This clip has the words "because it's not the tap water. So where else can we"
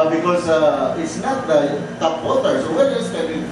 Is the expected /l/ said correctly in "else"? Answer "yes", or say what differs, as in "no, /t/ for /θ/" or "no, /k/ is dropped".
no, /l/ is dropped